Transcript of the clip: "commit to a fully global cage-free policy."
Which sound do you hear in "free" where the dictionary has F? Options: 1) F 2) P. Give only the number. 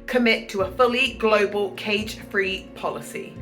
1